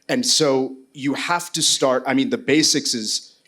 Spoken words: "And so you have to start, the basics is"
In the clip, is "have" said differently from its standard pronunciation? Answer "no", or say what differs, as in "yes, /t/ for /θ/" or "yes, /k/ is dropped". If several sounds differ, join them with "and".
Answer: yes, /f/ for /v/